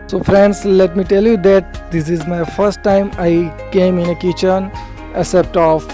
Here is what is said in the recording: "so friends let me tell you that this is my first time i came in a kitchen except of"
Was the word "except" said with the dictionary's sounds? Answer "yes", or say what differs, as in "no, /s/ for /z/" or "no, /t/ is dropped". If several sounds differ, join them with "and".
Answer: no, /k/ is dropped